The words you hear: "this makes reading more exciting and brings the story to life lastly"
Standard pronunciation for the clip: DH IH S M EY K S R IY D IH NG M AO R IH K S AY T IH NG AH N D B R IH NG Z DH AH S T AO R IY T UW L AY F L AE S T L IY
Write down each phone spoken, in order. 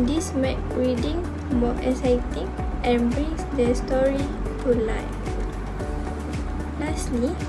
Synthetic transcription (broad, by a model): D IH S M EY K R IY D IH NG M AO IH S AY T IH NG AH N B R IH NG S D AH S T AO R IY T UW L AY F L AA S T L IY